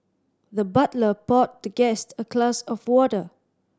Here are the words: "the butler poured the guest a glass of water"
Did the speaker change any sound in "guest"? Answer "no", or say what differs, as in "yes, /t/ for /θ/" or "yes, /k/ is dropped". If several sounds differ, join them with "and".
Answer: no